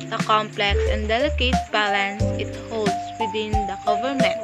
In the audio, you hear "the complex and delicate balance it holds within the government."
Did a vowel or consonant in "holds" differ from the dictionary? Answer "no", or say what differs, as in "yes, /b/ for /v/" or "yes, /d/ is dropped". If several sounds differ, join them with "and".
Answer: yes, /s/ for /z/